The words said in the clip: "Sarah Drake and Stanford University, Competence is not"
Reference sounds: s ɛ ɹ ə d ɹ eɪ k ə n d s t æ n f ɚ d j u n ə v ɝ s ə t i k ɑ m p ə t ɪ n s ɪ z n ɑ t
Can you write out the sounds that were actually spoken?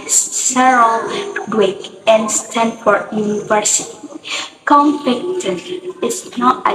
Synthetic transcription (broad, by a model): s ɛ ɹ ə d w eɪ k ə n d s t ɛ n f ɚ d j u n ə v ɝ s ə t i k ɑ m f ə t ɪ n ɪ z n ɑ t